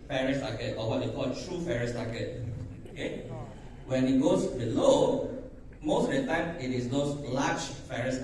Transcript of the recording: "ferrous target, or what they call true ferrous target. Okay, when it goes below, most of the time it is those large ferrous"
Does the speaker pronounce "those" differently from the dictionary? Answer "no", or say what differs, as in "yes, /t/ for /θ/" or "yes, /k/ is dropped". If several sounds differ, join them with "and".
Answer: yes, /s/ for /z/